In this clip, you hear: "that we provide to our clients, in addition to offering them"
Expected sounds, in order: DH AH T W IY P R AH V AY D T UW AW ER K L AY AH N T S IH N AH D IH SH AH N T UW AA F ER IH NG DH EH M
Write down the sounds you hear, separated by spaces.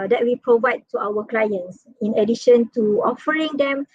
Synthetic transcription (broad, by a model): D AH T W IY P R AH V AY D T UW AW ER K L AY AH N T S IH N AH D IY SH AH N T UW AA F ER IH NG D EH M